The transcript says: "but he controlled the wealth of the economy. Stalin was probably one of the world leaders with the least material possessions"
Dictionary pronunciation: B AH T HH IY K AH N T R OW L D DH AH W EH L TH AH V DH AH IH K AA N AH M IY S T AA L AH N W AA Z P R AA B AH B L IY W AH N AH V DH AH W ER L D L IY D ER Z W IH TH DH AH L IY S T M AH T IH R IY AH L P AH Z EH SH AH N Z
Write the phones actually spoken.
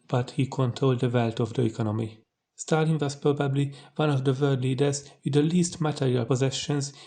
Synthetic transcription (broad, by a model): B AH T HH IY K AH N T R OW L D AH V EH L T AH V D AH IH K AA N AH M IY S T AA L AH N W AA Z P R AA B AH B L IY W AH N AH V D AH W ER D L IY D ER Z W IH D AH L IY S T M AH T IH R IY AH L P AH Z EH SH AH N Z